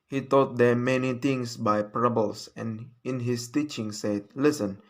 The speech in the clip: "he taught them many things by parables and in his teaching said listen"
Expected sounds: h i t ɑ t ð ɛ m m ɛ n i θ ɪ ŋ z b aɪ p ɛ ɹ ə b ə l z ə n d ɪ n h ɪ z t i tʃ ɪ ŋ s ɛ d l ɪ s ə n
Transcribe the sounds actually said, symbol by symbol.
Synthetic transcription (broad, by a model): h i t ɑ t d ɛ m m ɛ n i t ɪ ŋ s b aɪ p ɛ ɹ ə b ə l s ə n ɪ n h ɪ s t i tʃ ɪ ŋ s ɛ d l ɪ s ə n